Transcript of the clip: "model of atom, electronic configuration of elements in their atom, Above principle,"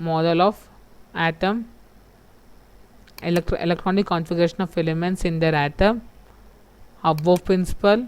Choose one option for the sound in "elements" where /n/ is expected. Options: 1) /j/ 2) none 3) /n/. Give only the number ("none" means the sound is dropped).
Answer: 3